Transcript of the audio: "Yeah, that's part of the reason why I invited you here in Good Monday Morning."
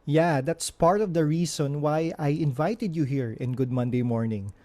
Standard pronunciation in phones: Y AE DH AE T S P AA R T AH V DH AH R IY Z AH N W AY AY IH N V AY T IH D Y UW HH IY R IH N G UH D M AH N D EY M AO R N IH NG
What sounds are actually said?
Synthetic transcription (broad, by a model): Y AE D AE T S P AA R T AH V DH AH R IY S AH N W AY AY IH N V AY T IH D Y UW HH IY R IH N G UH D M AH N D EY M AO R N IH NG